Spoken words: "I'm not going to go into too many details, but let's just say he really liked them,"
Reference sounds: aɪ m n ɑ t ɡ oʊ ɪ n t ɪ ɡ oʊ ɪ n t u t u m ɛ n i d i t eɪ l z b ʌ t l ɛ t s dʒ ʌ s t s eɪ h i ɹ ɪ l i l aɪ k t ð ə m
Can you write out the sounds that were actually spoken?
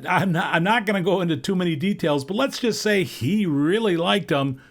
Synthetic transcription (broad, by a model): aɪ m n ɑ t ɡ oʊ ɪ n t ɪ ɡ oʊ ɪ n t u t u m ɛ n i d i t eɪ l z b ʌ t l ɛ t s dʒ ʌ s t s eɪ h i ɹ ɪ l i l aɪ k t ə m